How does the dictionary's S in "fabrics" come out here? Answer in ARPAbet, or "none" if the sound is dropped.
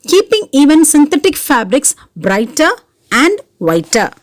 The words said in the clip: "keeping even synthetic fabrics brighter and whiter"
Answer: S